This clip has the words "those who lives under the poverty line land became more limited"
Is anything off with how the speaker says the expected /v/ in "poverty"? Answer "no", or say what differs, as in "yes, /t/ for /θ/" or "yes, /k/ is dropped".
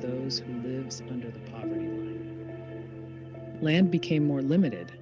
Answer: no